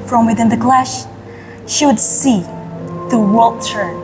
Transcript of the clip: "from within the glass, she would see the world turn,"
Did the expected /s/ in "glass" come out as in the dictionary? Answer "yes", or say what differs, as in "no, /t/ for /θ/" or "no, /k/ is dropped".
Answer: no, /ʃ/ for /s/